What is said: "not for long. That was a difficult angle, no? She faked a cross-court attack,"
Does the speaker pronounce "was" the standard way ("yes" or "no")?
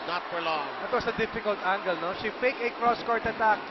no